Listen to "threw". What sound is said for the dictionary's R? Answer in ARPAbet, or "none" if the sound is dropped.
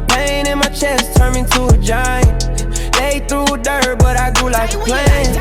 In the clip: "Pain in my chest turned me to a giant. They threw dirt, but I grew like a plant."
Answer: R